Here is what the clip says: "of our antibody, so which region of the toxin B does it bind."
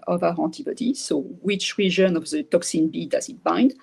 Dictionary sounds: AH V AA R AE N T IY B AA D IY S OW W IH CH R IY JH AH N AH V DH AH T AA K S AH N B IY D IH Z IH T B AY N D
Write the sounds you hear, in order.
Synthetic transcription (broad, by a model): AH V AA R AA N T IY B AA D IY S OW W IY CH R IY ZH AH N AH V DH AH T AA K S AH N B IY D IH Z IH T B AY N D